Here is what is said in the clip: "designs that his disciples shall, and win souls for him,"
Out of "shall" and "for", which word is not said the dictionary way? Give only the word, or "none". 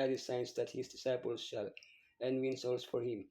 none